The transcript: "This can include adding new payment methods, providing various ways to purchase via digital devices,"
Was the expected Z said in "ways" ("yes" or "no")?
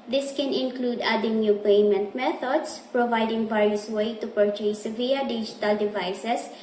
no